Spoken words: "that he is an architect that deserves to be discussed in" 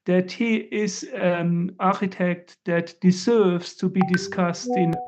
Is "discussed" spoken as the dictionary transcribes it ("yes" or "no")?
yes